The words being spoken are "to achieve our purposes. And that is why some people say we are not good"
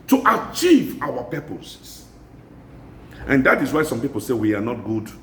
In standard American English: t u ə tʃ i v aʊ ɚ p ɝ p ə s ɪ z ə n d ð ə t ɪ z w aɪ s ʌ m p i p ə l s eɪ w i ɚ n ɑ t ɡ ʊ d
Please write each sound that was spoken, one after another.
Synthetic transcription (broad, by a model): t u ə tʃ i v aʊ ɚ p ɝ p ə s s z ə n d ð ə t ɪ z w aɪ s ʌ m p i p ə l s eɪ w i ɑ n ɑ t ɡ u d